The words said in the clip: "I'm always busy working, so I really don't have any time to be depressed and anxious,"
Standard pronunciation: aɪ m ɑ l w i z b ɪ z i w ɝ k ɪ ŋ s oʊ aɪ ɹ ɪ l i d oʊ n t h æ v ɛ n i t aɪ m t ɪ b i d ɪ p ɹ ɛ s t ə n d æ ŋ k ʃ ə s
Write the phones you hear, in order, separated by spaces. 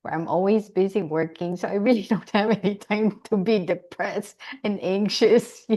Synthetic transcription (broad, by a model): aɪ m ɑ l w i z b ɪ z i w ɝ k ɪ ŋ s oʊ aɪ ɹ ɪ l i d oʊ n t h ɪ v ɛ n i t aɪ m t ɪ b i d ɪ p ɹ ɛ s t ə n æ ŋ k ʃ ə s